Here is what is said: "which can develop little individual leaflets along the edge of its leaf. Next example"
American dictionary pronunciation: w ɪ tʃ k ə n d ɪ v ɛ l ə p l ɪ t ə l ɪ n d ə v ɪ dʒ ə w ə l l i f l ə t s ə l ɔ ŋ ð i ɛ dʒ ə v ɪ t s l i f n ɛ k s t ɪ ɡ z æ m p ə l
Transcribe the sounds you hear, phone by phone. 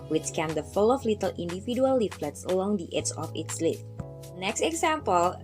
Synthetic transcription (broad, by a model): w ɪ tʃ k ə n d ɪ f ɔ l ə f l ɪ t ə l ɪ n d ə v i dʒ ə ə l l i f l ə t s ə l ɔ ŋ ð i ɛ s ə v ɪ t s l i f n ɛ k s t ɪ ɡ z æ m p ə l